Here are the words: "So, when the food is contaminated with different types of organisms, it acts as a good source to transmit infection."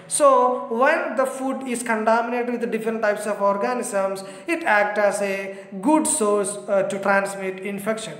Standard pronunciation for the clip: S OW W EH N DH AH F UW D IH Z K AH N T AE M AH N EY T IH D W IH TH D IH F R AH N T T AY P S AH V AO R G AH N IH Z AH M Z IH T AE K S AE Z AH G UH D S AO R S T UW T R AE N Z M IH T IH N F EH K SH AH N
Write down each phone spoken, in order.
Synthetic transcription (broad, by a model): S OW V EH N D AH F UW D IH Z K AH N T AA M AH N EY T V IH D D IH F R AH N T T AY P S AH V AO R G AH N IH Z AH M S IH T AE K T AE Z AH G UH D S AO R S T UW T R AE N S M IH T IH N F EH K SH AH N